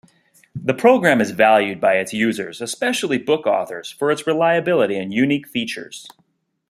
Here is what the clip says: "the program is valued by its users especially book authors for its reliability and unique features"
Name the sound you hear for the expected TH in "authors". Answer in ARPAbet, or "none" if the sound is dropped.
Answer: TH